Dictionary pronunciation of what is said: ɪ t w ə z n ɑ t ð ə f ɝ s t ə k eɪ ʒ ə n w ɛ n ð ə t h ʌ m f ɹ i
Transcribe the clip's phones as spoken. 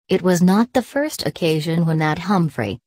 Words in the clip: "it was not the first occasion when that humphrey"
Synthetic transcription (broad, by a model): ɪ t w ə z n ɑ t ð ə f ɝ s t ə k eɪ ʒ ə n w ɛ n ð ə t h ʌ m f ɹ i